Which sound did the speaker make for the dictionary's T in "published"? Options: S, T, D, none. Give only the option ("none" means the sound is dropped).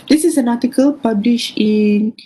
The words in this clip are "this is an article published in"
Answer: none